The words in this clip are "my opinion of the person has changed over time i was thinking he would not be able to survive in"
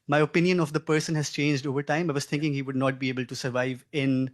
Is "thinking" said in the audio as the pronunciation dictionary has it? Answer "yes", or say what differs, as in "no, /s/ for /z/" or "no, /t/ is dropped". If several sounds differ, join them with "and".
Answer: no, /t/ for /θ/